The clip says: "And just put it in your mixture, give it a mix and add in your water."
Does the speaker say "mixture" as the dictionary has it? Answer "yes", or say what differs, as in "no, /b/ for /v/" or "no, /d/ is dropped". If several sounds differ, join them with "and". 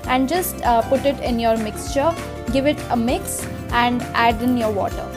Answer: yes